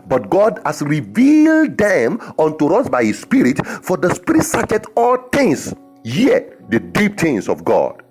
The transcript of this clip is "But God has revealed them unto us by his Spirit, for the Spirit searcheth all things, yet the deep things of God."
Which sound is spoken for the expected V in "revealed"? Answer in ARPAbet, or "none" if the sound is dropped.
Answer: V